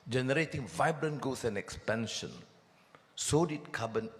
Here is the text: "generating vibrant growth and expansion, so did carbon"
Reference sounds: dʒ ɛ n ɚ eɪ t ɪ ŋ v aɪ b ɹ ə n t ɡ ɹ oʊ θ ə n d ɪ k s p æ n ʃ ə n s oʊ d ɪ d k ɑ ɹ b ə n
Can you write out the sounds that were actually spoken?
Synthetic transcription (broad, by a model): dʒ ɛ n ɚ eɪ t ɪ ŋ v aɪ b ɹ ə n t ɡ oʊ s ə n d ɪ k s p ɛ n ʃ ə n s oʊ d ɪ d k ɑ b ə n